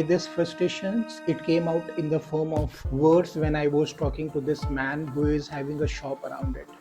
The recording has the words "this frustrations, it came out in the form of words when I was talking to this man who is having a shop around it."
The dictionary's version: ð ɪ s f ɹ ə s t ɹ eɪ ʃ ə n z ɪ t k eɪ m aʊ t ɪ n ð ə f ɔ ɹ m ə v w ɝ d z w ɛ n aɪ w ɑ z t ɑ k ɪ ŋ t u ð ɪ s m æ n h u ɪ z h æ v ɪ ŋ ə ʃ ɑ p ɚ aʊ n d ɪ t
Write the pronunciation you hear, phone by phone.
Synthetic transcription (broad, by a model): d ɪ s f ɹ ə s t eɪ ʃ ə n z ɪ t k eɪ m aʊ t ɪ n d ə f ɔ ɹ m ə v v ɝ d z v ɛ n aɪ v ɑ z t ɑ k ɪ ŋ t u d ɪ s m æ n h u ɪ z h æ v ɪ ŋ ə ʃ ɑ p ɚ aʊ n d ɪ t